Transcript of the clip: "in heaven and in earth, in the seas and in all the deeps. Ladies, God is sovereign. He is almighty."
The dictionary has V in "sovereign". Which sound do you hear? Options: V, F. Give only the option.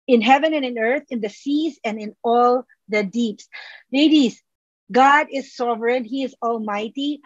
V